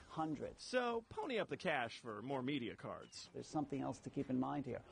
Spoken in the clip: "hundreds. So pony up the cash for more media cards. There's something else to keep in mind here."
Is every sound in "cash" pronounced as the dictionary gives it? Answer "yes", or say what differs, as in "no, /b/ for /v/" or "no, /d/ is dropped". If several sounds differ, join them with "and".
yes